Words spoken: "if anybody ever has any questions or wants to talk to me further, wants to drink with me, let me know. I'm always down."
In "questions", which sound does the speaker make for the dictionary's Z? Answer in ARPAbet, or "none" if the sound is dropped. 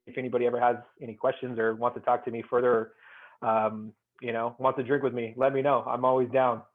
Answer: Z